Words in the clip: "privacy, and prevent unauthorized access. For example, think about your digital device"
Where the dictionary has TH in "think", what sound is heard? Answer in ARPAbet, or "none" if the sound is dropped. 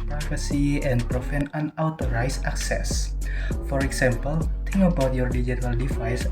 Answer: T